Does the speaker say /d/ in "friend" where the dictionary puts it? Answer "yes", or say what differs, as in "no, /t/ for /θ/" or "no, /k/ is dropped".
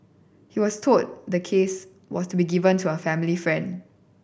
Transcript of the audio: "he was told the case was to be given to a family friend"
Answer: yes